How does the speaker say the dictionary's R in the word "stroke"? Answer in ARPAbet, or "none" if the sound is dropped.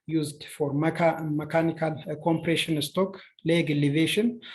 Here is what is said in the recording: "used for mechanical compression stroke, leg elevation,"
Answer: none